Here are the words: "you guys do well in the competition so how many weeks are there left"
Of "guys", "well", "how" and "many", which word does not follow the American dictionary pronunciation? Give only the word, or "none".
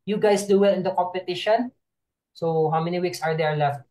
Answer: guys